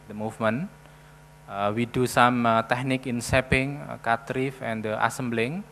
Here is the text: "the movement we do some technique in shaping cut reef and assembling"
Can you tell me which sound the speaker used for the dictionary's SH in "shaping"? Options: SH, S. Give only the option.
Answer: S